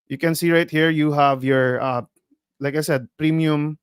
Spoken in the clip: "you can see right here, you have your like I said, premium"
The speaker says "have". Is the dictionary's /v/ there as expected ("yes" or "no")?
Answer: yes